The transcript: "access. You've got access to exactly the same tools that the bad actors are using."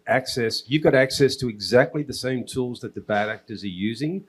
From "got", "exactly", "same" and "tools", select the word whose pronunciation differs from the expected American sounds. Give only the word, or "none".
none